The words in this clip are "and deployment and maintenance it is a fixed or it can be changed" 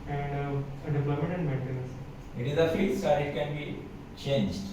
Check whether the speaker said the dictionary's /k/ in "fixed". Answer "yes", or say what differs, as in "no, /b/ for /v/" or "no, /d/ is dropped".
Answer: no, /k/ is dropped